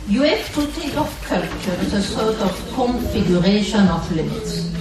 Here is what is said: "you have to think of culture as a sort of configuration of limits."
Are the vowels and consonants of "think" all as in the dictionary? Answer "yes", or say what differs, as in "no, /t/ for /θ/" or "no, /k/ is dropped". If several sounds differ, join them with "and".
no, /t/ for /θ/